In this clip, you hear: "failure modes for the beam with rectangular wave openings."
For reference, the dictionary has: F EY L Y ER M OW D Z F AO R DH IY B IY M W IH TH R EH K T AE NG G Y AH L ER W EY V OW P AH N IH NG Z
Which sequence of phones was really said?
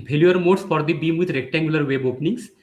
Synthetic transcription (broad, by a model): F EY L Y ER M OW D S F AO R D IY B IY M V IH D R EH K T AE NG G Y AH L ER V EY B OW P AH N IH NG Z